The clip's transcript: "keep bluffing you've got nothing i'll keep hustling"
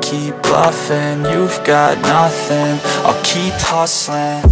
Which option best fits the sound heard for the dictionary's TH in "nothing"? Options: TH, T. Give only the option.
TH